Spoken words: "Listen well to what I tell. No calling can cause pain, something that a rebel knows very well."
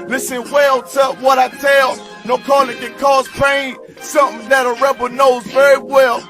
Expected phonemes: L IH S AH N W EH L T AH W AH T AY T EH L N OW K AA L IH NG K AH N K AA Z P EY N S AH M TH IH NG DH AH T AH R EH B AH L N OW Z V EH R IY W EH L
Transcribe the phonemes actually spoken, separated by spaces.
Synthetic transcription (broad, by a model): L IH S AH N W EH L T AH W AH T AY T EH L N OW K AA L IH NG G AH K AA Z P EY N S AH M TH IH NG DH AH T AH R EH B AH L N OW Z V EH R IY W EH L